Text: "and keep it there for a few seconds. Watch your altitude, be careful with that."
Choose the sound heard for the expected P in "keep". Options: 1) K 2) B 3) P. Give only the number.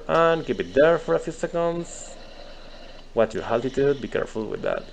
2